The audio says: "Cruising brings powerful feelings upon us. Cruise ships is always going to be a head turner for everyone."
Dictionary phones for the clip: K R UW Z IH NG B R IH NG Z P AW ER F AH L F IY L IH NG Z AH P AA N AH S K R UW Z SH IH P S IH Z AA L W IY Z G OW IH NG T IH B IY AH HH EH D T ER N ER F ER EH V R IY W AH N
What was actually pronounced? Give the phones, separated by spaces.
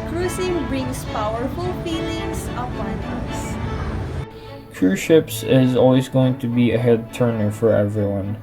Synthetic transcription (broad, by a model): K R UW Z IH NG B R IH NG S P AW ER F AH L F IY L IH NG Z AH P AA N AH S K UW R SH IH P S IH Z AA L W IY Z G OW IH NG T IH B IY AH HH EH D T ER N ER F ER EH V R IY W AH N